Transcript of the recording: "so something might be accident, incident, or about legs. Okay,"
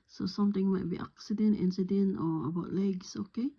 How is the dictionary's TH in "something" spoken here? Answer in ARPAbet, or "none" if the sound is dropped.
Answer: T